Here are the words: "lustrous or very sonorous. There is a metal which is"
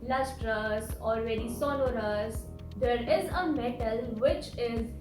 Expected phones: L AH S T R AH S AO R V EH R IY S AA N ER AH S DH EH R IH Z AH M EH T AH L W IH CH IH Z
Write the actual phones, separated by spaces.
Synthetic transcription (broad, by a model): L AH S T R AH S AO L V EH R IY S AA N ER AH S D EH R IH Z AH M EH T AH L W IH CH IH Z